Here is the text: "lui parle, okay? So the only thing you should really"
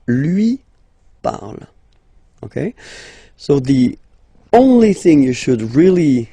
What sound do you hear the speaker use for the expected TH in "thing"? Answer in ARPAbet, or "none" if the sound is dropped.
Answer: TH